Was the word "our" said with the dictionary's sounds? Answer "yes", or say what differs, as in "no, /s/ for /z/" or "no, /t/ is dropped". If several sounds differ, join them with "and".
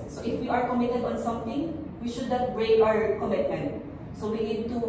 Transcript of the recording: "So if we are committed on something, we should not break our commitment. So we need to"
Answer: yes